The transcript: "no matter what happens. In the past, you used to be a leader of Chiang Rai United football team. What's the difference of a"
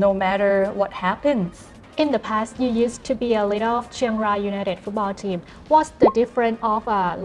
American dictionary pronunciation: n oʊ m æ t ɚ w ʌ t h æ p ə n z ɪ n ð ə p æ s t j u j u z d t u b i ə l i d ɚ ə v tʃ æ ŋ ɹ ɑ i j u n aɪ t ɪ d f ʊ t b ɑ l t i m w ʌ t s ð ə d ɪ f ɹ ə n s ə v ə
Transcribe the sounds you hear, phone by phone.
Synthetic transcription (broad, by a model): n oʊ m æ t ɚ w ʌ t h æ p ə n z ɪ n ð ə p æ s t j u j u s t u b i ə l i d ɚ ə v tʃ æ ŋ ɹ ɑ j u n aɪ t ɪ d f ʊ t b ɑ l t i m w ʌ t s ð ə d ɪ f ɹ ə n ə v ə